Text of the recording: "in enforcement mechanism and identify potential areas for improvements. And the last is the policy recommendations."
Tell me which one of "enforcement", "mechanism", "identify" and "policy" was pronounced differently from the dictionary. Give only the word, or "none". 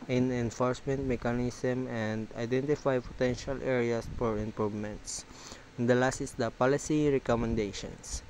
mechanism